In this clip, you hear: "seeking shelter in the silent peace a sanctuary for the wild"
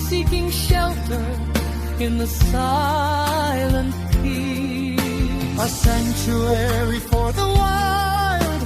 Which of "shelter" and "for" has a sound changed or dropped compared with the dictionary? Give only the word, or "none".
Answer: none